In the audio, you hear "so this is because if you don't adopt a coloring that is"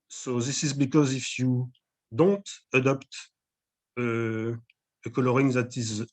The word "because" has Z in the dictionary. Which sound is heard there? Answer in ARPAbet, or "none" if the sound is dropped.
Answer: Z